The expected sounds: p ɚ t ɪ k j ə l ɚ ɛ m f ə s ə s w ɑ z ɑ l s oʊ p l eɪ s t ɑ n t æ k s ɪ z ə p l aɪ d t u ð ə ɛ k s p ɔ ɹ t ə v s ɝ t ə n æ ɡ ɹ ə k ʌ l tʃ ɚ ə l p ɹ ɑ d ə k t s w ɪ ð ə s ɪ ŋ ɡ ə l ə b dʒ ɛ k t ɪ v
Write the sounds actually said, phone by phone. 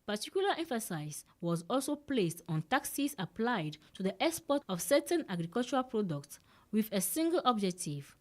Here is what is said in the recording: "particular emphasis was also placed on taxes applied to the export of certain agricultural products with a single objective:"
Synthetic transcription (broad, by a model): p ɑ t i k j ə l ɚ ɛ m f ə s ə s w ɑ z ɑ l s oʊ p l eɪ s t ɑ n t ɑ k s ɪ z ə p l aɪ d t u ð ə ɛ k s p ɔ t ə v s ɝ t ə n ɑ ɡ ɹ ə k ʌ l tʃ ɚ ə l p ɹ ɑ d ə k t s w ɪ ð ə s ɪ ŋ ɡ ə l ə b dʒ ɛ k t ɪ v